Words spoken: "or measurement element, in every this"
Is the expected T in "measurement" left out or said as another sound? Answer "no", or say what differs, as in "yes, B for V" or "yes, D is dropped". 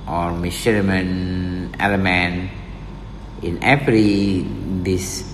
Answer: yes, T is dropped